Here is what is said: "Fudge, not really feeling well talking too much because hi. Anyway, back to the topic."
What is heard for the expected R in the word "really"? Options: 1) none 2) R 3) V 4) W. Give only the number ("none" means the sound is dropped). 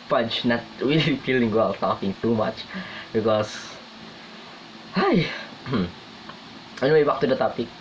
4